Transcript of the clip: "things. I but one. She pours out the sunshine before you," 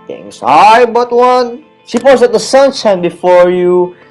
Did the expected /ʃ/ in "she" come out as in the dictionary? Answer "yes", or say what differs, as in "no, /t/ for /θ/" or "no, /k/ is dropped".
no, /s/ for /ʃ/